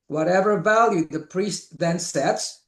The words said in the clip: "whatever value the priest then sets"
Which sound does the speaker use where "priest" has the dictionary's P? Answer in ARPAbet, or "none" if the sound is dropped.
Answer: P